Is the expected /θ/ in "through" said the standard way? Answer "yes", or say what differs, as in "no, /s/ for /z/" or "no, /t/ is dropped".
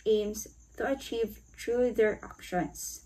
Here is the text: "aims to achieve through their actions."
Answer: no, /t/ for /θ/